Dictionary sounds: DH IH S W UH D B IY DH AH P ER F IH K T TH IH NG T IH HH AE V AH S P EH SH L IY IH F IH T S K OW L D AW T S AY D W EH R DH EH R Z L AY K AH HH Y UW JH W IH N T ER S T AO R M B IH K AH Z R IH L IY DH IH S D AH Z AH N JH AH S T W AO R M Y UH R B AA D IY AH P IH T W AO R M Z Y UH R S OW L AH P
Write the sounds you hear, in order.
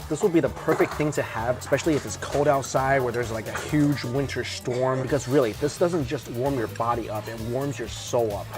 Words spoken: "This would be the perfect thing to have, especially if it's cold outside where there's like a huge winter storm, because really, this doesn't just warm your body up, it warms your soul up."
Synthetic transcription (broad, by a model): DH IH S W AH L B IY DH AH P ER F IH K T TH IH NG T IH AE V AH S P EH SH L IY IH F IH T S K OW L D AW T S AY D W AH R DH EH R Z L AY K AH HH Y UW JH W IH N T ER S T AO R M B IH K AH Z R IH L IY DH IH S D AH Z AH N JH AH S T W AO R M Y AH R B AA D IY AH P IH T W AO R M Z Y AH R S OW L AH P